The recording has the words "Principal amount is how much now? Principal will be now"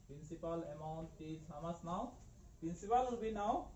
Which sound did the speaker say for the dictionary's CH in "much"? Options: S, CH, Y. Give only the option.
S